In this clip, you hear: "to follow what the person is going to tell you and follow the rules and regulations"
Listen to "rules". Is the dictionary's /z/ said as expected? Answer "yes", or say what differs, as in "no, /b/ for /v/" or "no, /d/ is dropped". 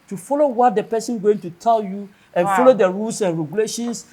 no, /s/ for /z/